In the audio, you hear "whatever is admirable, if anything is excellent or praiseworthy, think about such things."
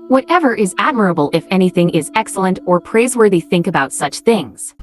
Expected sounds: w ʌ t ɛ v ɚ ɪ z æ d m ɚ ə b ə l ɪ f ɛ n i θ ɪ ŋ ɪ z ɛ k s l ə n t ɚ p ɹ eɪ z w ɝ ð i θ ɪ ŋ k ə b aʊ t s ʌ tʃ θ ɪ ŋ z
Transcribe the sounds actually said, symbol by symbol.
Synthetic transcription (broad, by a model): w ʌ t ɛ v ɚ ɪ z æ d m ɚ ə b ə l ɪ f ɛ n i θ ɪ ŋ ɪ z ɛ k s l ə n t ɚ p ɹ eɪ z w ɝ ð i θ ɪ ŋ k ə b aʊ t s ʌ tʃ θ ɪ ŋ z